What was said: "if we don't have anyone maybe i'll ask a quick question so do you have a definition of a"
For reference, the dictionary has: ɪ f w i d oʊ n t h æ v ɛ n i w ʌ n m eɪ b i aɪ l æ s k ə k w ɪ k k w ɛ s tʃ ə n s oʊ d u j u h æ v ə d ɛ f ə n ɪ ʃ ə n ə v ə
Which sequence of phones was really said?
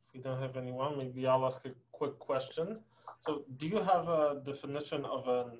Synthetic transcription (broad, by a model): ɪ f w i d oʊ n t h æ v ɛ n i w ʌ n m eɪ b i aɪ l æ s k ə k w ɪ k k w ɛ s tʃ ə n s oʊ d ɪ j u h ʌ v ə d ɛ f ə n ɪ ʃ ə n ə v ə